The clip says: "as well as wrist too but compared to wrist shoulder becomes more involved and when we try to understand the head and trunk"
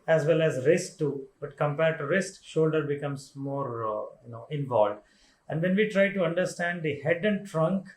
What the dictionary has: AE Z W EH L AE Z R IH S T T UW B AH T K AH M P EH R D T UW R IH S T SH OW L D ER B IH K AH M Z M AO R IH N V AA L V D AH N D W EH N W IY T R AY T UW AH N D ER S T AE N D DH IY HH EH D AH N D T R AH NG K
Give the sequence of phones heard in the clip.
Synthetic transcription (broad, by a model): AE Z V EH L AE Z R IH S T T UW B AH T K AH M P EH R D T UW R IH S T SH OW L D ER B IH K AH M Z M AO R IH N V AA L V D AH N D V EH N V IY T R AY T UW AH N D ER S T AE N D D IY HH EH D AH N D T R AH NG K